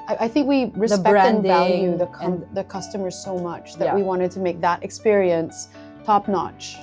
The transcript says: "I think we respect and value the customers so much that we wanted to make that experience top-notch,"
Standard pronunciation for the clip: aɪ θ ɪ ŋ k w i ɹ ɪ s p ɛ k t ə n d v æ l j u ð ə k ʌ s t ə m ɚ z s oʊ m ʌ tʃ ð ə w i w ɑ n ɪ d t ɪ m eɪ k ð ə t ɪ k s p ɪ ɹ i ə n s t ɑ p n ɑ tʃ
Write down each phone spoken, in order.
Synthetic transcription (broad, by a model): aɪ θ ɪ ŋ k w i ɹ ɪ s ɛ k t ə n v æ l j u ð ə k ʌ s t ə m ɚ z s oʊ m ʌ tʃ ð ə w i w ɑ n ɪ d t ɪ m eɪ k ð ə t ɪ k s p ɪ ɹ i ə n s t ɑ p n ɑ tʃ